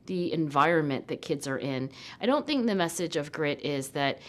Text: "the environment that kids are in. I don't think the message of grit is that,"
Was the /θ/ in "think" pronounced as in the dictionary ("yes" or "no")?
yes